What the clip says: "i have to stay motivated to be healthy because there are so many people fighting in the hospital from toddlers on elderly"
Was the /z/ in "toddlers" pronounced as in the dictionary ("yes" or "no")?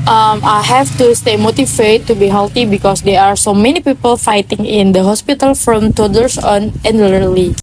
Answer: no